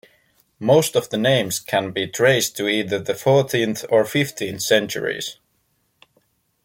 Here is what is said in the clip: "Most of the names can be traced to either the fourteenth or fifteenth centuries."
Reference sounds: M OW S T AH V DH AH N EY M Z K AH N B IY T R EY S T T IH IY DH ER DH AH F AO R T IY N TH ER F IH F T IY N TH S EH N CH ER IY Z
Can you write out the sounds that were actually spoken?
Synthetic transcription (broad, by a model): M OW S T AH V DH AH N EY M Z K AH N B IY T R EY S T T IH IY DH ER DH AH F AO R T IY N TH ER F IH F T IY N TH S EH N CH ER IY Z